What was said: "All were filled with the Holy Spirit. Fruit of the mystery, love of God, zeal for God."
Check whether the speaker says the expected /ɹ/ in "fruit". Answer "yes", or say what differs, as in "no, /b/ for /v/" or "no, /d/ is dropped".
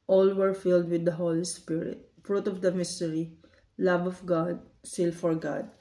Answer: yes